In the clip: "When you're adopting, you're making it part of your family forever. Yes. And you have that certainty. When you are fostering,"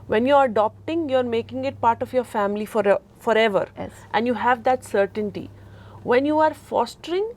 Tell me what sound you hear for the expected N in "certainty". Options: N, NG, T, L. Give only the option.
N